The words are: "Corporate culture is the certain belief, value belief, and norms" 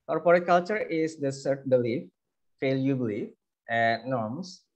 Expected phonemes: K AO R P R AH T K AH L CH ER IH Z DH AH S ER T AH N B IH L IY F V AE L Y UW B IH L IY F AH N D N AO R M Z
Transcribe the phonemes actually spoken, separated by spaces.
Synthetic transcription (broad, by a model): K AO R P R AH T K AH L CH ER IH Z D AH S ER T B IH L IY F F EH L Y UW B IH L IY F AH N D N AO R M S